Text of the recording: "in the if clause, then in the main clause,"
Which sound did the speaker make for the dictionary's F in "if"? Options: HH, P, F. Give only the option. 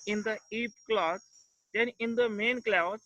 P